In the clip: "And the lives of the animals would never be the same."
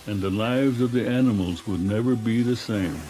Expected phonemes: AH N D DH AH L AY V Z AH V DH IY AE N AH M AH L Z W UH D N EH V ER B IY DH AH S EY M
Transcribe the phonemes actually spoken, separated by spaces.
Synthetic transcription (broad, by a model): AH N DH AH L AY V Z AH V DH IY AE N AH M L Z W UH D N EH V ER B IY DH AH S EY M